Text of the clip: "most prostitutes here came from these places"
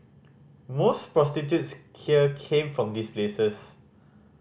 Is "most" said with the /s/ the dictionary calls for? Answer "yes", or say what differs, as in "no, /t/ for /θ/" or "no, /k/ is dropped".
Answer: yes